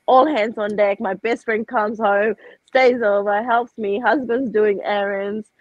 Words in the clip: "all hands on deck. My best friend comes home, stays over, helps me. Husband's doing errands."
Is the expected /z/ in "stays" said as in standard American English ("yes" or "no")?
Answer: yes